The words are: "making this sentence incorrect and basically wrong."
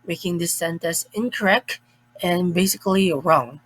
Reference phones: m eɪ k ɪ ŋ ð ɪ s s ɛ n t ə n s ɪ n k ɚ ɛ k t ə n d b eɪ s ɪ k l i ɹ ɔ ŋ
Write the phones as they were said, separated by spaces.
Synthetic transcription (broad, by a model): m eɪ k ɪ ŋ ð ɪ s s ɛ n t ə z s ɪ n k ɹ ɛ k ə n b eɪ s ɪ k l i ɹ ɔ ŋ